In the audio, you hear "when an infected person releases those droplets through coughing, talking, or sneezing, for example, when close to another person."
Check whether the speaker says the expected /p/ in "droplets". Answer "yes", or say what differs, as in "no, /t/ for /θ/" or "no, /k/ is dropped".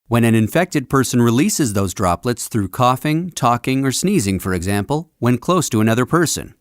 yes